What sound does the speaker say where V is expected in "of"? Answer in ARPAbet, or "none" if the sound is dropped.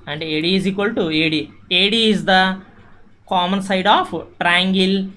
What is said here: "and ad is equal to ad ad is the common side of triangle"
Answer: P